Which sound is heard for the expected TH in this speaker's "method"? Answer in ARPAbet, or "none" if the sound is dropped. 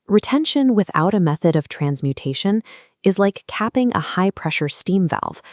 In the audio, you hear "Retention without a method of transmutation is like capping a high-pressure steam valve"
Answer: TH